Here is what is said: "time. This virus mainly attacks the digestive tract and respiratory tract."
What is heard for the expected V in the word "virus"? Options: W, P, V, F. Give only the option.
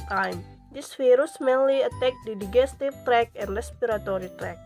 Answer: F